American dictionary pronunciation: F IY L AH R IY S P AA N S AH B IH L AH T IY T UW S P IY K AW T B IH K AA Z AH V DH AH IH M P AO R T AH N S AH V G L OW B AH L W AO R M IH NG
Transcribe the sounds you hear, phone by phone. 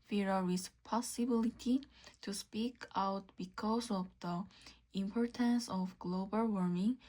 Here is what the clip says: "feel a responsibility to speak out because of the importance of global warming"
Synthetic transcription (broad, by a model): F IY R AH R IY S P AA S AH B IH L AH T IY T UW S P IY K AW T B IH K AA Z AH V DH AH IH M P AO R T AH N S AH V G L OW B AH L W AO R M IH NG